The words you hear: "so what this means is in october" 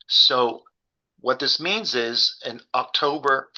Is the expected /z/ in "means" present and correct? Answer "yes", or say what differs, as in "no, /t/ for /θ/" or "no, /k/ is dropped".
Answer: yes